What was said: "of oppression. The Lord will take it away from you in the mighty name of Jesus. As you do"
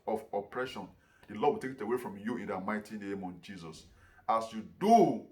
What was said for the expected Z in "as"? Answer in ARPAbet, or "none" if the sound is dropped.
S